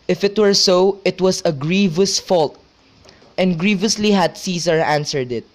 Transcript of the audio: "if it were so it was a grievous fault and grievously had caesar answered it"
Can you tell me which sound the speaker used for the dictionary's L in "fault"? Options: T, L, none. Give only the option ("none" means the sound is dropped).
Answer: L